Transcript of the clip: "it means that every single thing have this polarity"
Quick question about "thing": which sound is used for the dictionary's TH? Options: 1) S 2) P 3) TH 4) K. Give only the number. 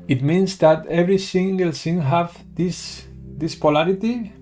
1